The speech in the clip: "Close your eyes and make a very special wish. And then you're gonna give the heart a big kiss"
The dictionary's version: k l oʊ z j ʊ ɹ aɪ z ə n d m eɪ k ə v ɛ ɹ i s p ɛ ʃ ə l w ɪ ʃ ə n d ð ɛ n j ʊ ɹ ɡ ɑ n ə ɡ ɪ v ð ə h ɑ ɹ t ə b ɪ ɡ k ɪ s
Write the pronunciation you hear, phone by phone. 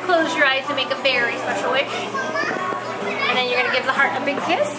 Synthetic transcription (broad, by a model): k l oʊ z j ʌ ɹ aɪ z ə m eɪ k ə f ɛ ɹ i s p ɛ ʃ l w ɪ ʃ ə n ð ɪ n j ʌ ɹ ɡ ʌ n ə ɡ ɪ v ð ə h ɑ ɹ t ə b ɪ ɡ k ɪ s